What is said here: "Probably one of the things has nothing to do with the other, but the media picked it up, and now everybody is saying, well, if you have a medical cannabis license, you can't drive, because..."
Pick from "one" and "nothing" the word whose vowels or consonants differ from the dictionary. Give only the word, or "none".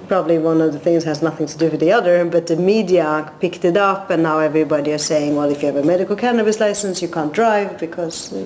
none